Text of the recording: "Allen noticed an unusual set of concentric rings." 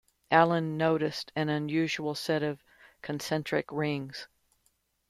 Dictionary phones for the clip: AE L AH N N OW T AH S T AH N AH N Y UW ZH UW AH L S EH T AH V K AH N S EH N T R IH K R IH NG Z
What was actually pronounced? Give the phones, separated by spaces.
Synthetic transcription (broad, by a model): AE L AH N N OW T AH S T AH N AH N Y UW ZH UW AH L S EH T AH V K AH N S EH N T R IH K R IH NG Z